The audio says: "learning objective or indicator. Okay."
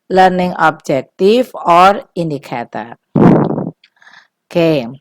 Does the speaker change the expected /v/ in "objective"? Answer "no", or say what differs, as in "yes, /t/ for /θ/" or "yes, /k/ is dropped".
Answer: yes, /f/ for /v/